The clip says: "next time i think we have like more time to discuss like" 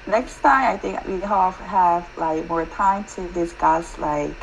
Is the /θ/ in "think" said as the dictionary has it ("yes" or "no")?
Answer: yes